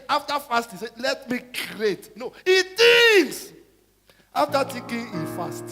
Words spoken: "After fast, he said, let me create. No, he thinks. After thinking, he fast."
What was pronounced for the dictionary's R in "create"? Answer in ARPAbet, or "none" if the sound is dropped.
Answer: none